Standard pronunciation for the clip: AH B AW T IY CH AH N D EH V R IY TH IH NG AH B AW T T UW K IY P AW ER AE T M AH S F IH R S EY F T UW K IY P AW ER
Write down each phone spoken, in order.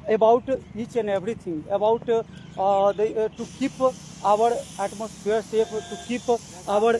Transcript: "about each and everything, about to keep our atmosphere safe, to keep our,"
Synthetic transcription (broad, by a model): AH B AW T IY CH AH N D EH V R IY T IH NG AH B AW T T UW K IY P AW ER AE T M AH S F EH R S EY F T UW K IY P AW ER